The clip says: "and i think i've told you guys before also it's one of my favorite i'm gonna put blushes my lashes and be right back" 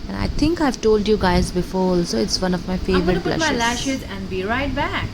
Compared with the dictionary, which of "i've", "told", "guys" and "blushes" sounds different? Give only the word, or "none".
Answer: blushes